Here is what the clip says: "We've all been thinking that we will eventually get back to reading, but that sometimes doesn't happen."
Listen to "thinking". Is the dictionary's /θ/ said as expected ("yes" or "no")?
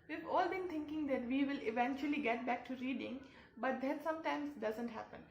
no